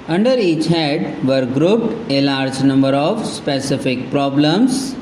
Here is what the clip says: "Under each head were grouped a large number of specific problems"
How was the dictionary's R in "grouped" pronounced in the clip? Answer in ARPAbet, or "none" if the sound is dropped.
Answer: R